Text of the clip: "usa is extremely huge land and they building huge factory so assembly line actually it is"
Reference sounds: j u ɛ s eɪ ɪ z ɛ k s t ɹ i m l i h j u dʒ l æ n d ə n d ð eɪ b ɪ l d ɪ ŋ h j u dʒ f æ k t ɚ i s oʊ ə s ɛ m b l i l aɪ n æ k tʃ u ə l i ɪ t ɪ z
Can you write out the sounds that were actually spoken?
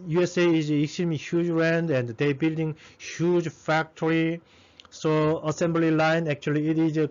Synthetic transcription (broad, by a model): j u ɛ s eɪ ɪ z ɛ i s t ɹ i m i h j u dʒ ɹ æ n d ə n d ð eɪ b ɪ l d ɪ ŋ h j u dʒ f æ k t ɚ i s oʊ ə s ɛ m b l i l aɪ n æ k tʃ u ə l i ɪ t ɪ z